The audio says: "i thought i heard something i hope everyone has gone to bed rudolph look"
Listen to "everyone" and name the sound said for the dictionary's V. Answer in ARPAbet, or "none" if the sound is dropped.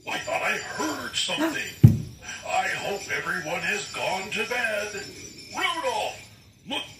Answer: V